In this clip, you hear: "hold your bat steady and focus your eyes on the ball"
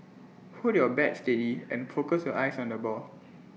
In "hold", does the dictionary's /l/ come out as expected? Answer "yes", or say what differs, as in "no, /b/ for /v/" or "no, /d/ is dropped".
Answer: no, /l/ is dropped